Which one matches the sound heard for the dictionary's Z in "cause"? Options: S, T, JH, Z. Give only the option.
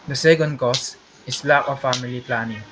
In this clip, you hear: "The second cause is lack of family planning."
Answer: S